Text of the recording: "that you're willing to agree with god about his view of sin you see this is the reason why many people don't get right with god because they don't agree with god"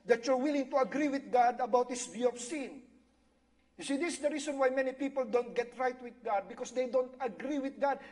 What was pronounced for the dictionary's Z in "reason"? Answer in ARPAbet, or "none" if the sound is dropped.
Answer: S